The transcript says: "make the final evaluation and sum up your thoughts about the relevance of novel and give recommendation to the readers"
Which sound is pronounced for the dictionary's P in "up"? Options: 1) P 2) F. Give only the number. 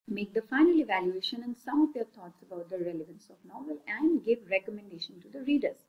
2